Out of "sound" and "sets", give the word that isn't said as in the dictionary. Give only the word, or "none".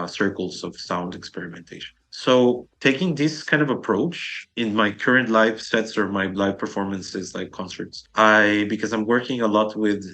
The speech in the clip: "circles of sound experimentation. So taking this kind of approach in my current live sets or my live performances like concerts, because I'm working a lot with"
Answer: none